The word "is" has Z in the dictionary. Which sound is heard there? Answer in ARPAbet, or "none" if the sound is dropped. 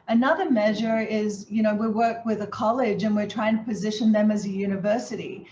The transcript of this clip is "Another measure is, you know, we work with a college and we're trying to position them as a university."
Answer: Z